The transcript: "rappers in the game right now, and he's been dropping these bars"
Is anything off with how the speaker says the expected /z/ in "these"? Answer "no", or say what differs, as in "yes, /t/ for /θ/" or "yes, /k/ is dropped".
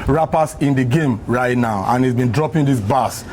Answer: yes, /s/ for /z/